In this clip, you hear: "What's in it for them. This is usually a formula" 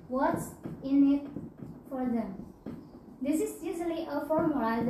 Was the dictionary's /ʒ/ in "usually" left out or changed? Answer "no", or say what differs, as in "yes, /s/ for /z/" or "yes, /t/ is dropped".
yes, /z/ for /ʒ/